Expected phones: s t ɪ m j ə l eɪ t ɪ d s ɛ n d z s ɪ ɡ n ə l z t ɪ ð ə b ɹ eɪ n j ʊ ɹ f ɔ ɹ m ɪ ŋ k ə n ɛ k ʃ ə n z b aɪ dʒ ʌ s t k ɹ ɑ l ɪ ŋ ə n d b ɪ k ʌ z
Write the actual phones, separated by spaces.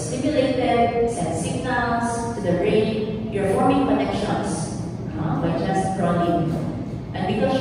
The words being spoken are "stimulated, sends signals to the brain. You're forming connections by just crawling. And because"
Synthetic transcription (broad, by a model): s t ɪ m j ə l eɪ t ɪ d s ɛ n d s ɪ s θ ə n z t ɪ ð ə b ɹ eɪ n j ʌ ɹ f ɔ ɹ m ɪ ŋ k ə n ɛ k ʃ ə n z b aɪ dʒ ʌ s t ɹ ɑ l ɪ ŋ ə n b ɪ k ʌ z